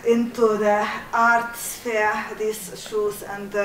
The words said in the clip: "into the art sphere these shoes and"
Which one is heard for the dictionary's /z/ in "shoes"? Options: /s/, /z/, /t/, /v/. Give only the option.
/s/